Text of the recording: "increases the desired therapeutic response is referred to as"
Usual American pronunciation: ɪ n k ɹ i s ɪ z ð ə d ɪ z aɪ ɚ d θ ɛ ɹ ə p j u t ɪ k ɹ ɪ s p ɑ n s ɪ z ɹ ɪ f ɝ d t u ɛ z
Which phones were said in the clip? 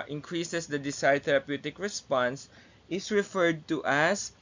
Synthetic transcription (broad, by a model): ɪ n k ɹ i s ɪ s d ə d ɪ s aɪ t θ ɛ ɹ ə p j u t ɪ k ɹ ɪ s p ɑ n s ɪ s ɹ ɪ f ɝ d t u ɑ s